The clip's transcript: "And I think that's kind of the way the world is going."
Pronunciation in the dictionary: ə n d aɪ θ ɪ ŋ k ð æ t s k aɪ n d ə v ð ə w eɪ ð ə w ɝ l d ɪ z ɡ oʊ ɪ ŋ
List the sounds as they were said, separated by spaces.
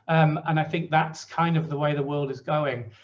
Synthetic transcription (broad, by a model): ə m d aɪ θ ɪ ŋ k ð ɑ t s k aɪ n d ə v ð ə w eɪ ð ə w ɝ l d ɪ z ɡ oʊ ɪ ŋ